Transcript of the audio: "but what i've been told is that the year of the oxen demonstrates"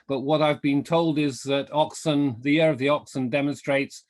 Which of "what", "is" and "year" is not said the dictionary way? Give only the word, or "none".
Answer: none